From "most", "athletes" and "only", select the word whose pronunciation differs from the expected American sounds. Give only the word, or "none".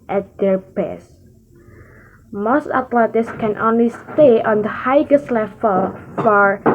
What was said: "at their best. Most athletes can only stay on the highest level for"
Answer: athletes